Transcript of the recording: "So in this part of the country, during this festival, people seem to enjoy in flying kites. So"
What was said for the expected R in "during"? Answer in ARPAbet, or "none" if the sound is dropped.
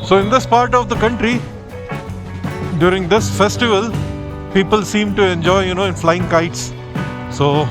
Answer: R